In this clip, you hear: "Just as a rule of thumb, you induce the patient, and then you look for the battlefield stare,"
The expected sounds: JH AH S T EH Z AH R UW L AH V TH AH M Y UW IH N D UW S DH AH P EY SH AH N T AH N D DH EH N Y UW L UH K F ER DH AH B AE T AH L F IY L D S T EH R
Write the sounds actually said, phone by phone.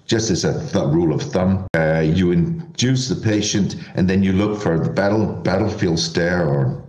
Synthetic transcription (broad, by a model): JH AH S T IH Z AH R UW L AH V TH AH M Y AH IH N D UW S DH AH P EY SH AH N T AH N DH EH N Y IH L UH K F ER DH AH B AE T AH L F IY L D S T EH R